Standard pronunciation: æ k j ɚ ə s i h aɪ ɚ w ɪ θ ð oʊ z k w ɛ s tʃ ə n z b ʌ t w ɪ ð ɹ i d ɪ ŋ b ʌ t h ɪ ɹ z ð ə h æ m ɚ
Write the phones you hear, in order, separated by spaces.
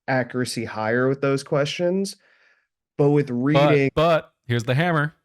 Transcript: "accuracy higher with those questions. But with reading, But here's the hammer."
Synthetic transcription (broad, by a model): æ k j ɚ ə s i h aɪ ɚ w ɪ ð oʊ z k w ɛ s tʃ ə n z b ʌ t w ɪ ð ɹ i d ɪ b ʌ t h ɪ ɹ z ð ə h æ m ɚ